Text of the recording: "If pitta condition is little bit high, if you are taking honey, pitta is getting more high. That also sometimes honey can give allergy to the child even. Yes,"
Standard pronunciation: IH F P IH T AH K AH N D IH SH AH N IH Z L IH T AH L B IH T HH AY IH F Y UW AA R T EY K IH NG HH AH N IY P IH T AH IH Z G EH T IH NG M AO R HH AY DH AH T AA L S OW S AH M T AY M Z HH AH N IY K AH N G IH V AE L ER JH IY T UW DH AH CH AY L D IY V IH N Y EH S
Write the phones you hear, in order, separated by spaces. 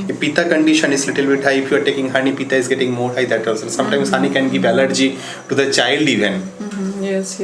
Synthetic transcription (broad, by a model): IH P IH T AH K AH N D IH SH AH N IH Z L IH T AH L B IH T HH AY IH F Y UW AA R T EY K IH NG HH AH N IY P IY T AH IH Z G EH T IH NG M AO R HH AY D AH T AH S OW S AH M T AY M S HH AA N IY K AH N G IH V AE L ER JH IY T UW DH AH CH AY L D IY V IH N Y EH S